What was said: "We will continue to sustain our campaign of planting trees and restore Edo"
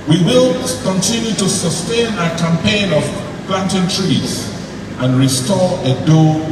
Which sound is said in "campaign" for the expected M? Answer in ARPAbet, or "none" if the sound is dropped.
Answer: M